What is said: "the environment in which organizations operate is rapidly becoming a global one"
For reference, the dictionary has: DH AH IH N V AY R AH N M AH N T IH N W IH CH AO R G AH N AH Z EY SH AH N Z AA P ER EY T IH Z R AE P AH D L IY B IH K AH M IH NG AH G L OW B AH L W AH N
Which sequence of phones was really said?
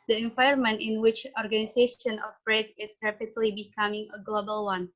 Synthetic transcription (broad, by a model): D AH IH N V AY AH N M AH N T IH N W IH CH AO R G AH N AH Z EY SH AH N AA F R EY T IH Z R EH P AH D L IY B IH K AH M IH NG AH G L OW B AH L W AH N